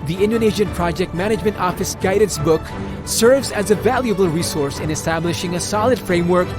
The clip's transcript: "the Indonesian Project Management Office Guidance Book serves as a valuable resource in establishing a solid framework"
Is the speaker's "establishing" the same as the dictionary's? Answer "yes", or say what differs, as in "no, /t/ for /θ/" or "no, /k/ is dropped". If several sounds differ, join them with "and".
yes